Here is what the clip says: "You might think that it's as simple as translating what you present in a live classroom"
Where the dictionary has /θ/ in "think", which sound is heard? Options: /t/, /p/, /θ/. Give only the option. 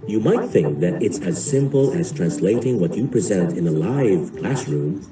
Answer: /θ/